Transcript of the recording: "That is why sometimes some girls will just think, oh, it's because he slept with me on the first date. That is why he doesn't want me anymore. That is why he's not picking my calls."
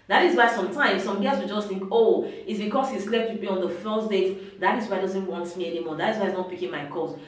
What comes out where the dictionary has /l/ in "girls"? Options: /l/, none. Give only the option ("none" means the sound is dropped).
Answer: none